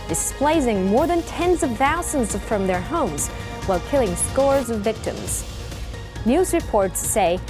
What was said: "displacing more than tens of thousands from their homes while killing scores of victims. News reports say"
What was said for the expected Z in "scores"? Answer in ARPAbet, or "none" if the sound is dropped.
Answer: Z